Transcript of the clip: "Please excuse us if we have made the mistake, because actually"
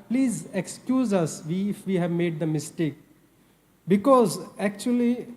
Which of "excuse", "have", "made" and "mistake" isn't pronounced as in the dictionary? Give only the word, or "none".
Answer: none